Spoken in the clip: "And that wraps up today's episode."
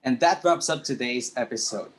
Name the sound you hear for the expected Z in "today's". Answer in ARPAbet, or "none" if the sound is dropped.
Z